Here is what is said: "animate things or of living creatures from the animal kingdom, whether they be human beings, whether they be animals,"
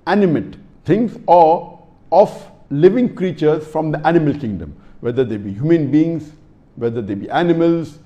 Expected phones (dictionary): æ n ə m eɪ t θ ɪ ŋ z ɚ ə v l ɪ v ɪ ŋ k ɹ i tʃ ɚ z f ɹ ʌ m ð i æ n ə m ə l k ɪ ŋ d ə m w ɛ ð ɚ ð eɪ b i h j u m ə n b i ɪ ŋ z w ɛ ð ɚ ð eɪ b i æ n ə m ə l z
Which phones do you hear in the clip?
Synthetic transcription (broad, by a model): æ n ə m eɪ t t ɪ ŋ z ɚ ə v l ɪ v ɪ ŋ k ɹ i tʃ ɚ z f ɹ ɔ m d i æ n ə m ə l k ɪ ŋ d ə m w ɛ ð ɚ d eɪ b i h j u m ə n b i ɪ ŋ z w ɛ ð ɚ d eɪ b i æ n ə m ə l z